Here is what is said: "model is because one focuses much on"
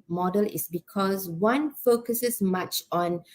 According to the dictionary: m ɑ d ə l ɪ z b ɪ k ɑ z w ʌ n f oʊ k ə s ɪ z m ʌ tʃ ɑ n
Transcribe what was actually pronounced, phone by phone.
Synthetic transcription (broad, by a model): m ɑ d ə l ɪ s b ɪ k ɑ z w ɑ n f oʊ k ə s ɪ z m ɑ tʃ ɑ n